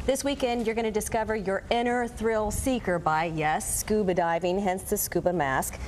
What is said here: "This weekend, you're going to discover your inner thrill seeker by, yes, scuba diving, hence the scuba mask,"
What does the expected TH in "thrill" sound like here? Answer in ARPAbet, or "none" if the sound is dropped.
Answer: TH